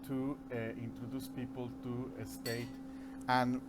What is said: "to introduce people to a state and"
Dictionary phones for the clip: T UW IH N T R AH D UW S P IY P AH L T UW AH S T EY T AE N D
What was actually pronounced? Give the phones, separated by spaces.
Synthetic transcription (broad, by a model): T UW IH N T R AH D UW S P IY P AH L T UW AH S T EY T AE N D